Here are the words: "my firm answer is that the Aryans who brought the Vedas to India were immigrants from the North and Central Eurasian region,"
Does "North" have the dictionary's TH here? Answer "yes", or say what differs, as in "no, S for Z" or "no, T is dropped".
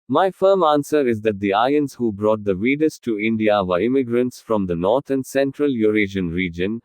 no, T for TH